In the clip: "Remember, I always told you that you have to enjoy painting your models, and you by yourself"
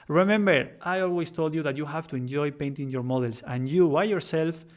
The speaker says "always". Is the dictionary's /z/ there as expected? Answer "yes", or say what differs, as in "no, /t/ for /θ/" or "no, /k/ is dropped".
no, /s/ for /z/